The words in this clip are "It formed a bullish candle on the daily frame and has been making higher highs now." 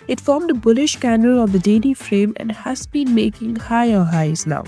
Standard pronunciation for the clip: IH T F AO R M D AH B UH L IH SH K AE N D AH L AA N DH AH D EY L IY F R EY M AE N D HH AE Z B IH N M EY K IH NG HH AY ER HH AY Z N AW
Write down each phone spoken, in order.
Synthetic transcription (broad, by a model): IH T F AO R M D AH B UH L IH SH K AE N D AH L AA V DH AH D EY L IY F R EY M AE N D HH AE Z B IH N M EY K IH NG HH AY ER HH AY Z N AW